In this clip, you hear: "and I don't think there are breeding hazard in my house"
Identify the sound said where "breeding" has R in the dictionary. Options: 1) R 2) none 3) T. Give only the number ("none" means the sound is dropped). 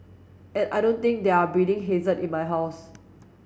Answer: 2